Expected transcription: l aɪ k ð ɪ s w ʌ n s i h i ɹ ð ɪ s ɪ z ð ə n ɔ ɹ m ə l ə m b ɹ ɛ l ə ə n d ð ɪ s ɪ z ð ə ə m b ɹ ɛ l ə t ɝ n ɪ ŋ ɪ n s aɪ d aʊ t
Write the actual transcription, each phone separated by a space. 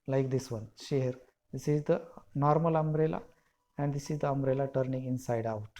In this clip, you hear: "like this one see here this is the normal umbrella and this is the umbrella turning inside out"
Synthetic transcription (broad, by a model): l aɪ k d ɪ s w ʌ n ʃ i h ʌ ɹ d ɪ s ɪ z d ə n ɔ ɹ m ə l ə m b ɹ ɛ l ə ə n d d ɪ s ɪ z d ə ə m b ɹ ɛ l ə t ɝ n ɪ ŋ ɪ n s aɪ d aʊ t